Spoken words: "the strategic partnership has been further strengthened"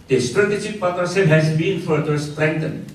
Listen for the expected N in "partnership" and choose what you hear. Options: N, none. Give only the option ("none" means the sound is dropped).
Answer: none